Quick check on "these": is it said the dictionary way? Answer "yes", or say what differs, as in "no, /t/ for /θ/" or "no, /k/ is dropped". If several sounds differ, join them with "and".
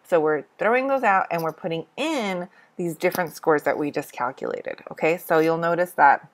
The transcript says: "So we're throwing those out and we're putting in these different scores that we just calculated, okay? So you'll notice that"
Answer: yes